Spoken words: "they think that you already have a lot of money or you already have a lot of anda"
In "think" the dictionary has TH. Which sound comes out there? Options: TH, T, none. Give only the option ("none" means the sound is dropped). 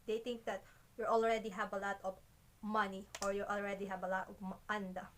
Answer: T